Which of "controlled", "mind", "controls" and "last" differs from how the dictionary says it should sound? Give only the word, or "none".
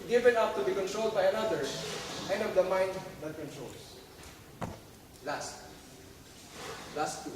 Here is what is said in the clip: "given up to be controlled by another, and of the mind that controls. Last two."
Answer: controls